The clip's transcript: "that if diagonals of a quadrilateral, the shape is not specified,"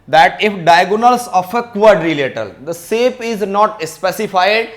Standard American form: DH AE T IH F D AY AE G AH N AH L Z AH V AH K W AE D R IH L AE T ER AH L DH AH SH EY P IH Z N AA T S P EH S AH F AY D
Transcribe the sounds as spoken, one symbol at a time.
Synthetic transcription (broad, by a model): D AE T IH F D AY G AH N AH L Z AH F AH K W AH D R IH L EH T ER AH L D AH S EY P IH Z N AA T S P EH S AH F AY D